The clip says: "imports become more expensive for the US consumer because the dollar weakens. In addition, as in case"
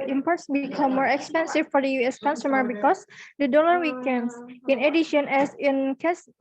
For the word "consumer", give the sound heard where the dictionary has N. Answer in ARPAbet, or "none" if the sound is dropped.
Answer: N